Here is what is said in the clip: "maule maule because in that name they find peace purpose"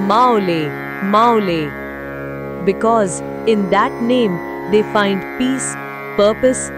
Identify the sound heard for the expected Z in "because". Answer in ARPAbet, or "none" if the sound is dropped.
Z